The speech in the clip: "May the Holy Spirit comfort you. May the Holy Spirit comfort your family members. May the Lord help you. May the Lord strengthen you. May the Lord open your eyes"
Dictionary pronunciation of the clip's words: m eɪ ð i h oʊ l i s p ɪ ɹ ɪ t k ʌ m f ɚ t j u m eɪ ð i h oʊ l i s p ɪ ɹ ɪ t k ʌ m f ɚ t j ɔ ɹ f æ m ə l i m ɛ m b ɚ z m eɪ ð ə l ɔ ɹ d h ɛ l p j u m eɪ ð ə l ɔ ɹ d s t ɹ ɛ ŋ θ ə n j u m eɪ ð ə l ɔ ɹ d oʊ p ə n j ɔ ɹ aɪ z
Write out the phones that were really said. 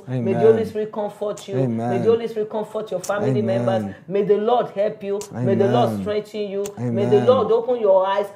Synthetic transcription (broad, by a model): m eɪ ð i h oʊ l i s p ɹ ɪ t k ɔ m f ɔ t j u m eɪ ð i h oʊ l i s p ɹ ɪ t k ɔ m f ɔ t j ɔ f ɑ m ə l i m ɛ m b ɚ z m eɪ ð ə l ɔ d h ɛ l p j u m eɪ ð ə l ɔ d s t ɹ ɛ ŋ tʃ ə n j u m eɪ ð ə l ɔ d oʊ p ə n j ɔ aɪ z